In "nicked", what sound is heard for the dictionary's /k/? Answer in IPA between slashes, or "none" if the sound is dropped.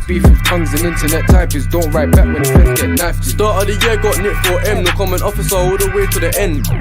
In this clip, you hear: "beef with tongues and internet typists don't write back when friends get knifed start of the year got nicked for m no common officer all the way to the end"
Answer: none